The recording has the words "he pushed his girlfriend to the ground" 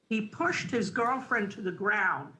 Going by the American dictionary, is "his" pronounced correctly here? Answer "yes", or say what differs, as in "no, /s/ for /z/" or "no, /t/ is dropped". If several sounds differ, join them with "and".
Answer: yes